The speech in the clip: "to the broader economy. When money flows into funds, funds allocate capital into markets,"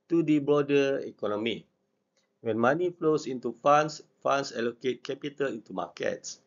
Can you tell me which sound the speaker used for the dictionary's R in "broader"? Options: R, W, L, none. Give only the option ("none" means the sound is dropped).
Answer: none